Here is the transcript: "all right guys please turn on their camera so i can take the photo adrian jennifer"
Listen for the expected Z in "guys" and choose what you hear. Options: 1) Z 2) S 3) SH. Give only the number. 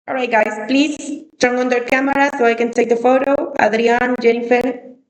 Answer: 2